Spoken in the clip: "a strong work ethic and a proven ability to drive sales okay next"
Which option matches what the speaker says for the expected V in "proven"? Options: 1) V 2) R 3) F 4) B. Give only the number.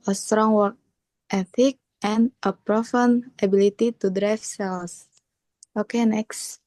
3